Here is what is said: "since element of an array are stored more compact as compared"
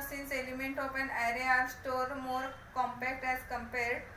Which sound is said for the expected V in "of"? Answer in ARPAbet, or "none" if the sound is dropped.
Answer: P